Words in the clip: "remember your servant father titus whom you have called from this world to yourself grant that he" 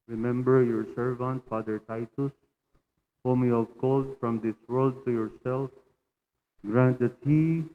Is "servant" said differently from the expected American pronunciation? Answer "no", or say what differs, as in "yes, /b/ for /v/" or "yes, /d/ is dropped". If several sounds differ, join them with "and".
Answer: no